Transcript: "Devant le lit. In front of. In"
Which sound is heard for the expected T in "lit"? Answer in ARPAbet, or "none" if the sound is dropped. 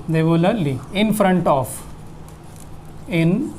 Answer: none